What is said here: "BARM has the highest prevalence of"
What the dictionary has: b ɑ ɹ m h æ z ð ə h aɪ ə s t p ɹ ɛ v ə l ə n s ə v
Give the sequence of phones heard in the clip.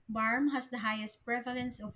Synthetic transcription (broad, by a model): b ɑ ɹ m h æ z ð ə h aɪ ə s t p ɹ ɛ v ə l ə n s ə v